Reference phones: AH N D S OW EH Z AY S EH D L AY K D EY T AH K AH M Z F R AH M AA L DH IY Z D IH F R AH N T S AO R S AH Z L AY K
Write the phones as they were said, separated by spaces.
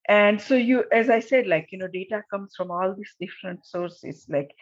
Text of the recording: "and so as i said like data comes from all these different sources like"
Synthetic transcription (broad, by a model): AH N D S OW EH Z AY S EH D L AY K D EY T AH K AH M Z F R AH M AA L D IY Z D IH F R AH N T S AO R S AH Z L AY K